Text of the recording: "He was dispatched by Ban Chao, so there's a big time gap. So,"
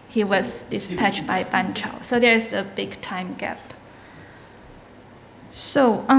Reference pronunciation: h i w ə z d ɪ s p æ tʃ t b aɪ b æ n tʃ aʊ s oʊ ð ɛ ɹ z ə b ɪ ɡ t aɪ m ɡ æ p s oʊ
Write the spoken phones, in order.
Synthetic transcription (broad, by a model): h i w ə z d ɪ s p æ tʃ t b aɪ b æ n tʃ aʊ s oʊ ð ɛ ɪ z ə b ɪ ɡ t aɪ m ɡ æ p s oʊ